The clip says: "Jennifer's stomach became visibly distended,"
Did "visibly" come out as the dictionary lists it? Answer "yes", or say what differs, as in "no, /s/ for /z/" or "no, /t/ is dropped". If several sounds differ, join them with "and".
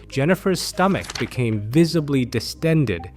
yes